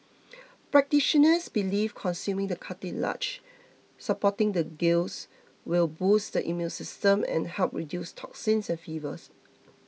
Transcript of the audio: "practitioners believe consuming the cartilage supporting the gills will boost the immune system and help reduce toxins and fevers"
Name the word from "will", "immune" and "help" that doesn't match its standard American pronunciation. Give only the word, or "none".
immune